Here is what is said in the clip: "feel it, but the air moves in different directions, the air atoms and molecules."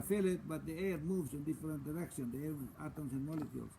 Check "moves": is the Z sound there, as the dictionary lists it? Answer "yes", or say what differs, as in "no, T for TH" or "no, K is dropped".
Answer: no, S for Z